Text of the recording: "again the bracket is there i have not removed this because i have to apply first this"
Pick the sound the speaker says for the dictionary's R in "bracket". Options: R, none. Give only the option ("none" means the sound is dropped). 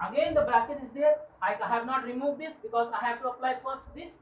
none